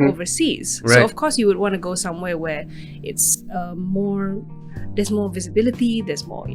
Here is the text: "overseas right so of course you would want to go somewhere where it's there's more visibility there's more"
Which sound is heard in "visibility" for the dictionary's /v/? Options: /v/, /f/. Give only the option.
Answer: /v/